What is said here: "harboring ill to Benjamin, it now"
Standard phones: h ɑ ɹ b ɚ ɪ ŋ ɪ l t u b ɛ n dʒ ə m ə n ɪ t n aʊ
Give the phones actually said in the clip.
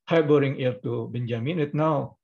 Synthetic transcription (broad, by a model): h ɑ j b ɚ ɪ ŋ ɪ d t u b ɛ n dʒ ə m ə n ɪ t n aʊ